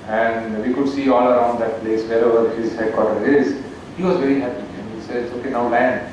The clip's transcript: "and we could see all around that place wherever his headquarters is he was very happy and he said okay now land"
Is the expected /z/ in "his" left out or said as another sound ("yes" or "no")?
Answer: no